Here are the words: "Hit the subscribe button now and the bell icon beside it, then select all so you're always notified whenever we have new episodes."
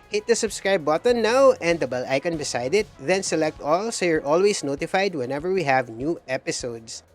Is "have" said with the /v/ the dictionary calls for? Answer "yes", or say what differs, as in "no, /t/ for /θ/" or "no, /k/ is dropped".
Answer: yes